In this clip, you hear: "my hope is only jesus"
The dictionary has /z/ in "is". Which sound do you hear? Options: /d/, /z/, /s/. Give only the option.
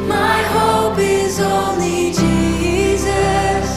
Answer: /z/